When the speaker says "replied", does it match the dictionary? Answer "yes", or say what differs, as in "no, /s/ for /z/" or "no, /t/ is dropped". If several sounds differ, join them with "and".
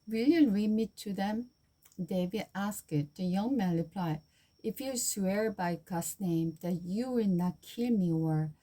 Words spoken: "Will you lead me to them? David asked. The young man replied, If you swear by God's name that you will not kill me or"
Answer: no, /d/ is dropped